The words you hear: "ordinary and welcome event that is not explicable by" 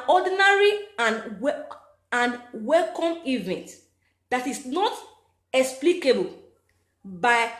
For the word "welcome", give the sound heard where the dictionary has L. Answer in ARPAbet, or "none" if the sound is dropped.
L